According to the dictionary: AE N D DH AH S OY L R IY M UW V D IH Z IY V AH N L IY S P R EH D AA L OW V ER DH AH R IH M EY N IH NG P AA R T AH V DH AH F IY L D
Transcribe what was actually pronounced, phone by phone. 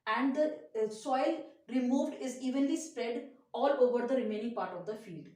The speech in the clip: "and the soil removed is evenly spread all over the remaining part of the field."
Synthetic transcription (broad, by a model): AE N D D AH S OY L R IY M UW V D IH Z IY V AH N L IY S P R EH D AA L OW V ER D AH R IH M EY N IH NG P AA R T AH V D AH F IY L D